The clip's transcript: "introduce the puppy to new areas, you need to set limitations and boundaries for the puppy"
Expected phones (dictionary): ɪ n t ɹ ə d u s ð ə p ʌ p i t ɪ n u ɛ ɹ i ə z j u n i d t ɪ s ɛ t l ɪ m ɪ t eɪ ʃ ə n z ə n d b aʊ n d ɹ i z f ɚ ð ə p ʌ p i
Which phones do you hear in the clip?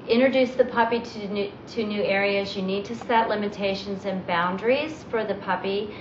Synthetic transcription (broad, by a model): ɪ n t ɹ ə d u s ð ə p ʌ p i t ɪ n u ɛ ɹ i ə z j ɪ n i d t ɪ s ɛ t l ɪ m ɪ t eɪ ʃ ə n z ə n b aʊ n d ɹ i z f ɚ ð ə p ʌ p i